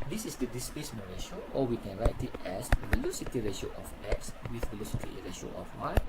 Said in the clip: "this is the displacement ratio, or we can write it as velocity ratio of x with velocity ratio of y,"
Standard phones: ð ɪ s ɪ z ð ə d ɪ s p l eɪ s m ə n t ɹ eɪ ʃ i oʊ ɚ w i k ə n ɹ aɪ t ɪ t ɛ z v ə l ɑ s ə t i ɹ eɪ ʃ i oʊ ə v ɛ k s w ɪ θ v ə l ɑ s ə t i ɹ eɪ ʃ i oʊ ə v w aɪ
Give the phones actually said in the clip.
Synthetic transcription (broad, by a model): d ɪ s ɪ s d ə d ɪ s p eɪ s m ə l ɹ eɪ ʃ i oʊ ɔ w i k ə n ɹ aɪ t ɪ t ɛ s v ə l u s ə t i ɹ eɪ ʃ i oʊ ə f ɛ k s w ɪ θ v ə l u s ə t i ɹ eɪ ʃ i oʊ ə f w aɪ